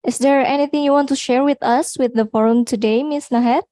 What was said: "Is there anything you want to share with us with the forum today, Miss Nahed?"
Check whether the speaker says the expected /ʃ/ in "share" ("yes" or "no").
yes